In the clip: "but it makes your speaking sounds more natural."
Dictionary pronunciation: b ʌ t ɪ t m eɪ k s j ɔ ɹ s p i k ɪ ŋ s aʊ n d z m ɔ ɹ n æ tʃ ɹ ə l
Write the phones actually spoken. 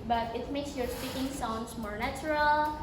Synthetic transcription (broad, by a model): b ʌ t ɪ t m eɪ k s j ɔ ɹ s p i k ɪ ŋ s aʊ n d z m ɔ ɹ n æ tʃ ɹ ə l